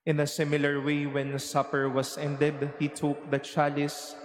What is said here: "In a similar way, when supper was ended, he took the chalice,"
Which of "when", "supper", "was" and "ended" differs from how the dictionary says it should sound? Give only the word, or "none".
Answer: was